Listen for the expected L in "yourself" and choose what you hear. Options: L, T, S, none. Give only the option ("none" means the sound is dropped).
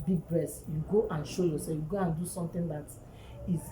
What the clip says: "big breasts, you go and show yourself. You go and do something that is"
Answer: none